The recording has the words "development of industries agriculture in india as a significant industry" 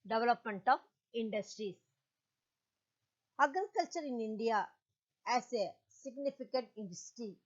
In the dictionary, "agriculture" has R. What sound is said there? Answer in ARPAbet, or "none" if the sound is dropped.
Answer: none